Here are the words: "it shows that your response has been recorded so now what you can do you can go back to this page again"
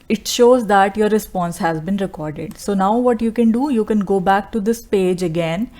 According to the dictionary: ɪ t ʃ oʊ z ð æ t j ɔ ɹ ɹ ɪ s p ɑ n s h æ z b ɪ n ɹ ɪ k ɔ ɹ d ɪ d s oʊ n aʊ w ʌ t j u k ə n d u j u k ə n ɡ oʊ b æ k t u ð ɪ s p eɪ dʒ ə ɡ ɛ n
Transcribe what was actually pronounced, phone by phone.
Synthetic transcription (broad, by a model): ɪ t ʃ oʊ z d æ t j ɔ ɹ ɹ ɪ s p ɑ n s h æ z b ɪ n ɹ ɪ k ɔ ɹ d ɪ d s oʊ n aʊ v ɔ t j u k ə n d u j u k ə n ɡ oʊ b æ k t u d ɪ s p eɪ dʒ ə ɡ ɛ n